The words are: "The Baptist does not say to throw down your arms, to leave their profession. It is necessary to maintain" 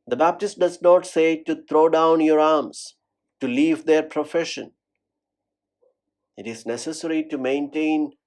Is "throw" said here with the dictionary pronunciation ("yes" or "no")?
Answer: no